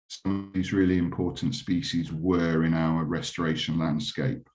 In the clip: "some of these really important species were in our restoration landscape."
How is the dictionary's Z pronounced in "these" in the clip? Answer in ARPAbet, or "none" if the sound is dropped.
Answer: Z